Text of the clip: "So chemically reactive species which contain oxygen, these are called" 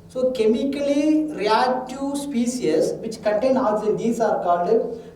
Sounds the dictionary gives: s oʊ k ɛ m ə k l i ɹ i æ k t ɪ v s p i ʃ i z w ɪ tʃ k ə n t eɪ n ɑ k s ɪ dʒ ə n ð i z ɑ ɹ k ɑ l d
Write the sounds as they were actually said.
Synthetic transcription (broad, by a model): s oʊ k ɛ m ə k l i ɹ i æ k t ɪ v s p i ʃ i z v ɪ tʃ k ə n t eɪ n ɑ s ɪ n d i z ɑ ɹ k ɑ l d